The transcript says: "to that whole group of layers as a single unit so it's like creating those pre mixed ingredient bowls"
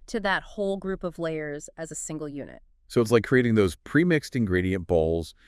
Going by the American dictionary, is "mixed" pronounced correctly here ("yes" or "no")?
yes